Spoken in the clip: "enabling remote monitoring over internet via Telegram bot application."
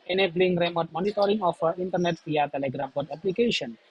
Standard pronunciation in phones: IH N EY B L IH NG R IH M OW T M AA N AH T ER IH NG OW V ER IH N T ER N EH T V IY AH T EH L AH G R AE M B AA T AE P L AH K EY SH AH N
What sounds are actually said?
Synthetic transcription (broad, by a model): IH N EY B L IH NG R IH M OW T M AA N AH T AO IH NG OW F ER IH N T ER N EH T P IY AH T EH L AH G R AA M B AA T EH P L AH K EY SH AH N